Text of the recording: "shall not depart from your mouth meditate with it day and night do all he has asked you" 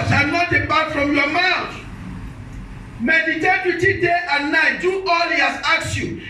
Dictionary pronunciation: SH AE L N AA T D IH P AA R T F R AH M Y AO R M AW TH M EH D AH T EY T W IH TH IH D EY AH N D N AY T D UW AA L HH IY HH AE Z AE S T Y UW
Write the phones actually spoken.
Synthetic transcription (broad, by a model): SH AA N AA T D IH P AA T F R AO M Y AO M AW T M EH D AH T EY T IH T IH D EY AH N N AY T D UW AA L HH IY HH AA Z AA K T Y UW